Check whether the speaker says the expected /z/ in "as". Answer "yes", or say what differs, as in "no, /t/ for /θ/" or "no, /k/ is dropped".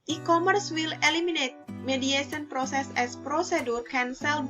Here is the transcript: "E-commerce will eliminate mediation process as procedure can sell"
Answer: no, /s/ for /z/